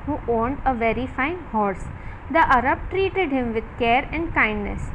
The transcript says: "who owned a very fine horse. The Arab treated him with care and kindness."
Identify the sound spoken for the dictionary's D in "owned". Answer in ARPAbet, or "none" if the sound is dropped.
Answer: D